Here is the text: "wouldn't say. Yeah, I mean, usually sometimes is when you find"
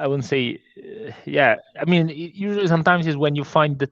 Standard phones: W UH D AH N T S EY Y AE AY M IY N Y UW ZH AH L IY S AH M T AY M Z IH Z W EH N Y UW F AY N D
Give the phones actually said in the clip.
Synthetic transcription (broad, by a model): W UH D N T S EY Y AE AY M IY N Y UW ZH AH L IY S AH M T AY M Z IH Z W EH N Y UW F AY N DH